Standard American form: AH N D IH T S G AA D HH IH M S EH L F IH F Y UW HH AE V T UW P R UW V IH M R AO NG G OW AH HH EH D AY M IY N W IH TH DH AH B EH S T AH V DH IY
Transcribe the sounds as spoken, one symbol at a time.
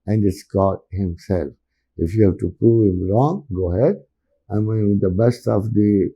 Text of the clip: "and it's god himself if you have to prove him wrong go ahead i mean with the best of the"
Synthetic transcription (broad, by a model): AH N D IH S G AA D HH IH M S EH L F IH F Y UW HH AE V T UW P UW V IH M R AO NG G OW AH HH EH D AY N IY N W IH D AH B EH S T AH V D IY